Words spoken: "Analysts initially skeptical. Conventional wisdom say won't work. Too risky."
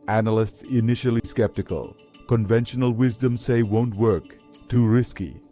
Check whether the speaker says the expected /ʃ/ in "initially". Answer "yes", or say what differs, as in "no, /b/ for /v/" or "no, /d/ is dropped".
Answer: yes